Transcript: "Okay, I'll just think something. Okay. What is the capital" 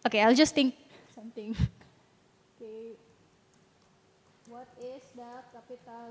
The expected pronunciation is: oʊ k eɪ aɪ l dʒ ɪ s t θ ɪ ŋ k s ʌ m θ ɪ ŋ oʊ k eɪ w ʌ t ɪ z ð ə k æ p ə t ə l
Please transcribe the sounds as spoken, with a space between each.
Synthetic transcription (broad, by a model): oʊ k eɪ aɪ l dʒ ɪ s t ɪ ŋ k s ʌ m t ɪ ŋ oʊ k eɪ w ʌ t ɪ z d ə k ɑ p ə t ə